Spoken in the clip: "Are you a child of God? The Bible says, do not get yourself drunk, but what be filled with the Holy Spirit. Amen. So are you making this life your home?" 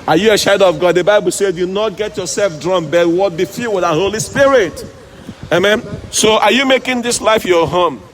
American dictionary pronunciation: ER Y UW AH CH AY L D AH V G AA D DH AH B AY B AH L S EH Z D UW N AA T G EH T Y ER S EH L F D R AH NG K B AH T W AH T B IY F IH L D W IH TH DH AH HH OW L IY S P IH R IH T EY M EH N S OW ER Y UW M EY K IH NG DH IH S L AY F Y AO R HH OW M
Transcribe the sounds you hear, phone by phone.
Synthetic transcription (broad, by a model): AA Y UW AH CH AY D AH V G AA D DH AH B AY B AH L S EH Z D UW N AA T G EH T Y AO S EH L F D R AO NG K B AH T W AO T B IY F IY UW W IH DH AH HH OW L IY S P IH R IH T EY M EH N S OW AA Y UW M EY K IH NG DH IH S L AY F Y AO HH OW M